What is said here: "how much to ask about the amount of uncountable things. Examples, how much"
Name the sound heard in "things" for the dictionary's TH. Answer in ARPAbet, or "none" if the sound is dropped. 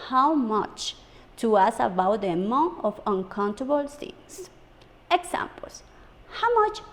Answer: S